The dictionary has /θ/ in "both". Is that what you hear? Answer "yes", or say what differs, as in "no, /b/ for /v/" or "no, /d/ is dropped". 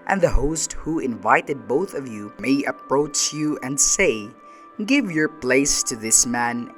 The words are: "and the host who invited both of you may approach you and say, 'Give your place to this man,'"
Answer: yes